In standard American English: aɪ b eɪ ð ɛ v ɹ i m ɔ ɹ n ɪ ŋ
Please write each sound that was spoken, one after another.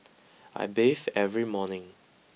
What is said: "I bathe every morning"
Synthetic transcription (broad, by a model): aɪ b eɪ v ɛ v ɹ i m ɔ n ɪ ŋ